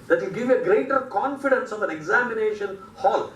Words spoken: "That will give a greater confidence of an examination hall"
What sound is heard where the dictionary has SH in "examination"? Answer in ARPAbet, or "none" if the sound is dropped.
SH